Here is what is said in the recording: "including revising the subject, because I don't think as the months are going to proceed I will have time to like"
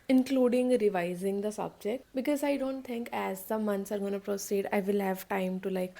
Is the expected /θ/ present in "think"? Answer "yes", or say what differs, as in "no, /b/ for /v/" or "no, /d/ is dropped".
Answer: no, /t/ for /θ/